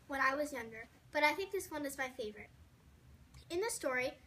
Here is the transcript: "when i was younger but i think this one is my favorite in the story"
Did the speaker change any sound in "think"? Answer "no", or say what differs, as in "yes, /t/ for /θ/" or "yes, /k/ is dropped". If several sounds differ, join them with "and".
no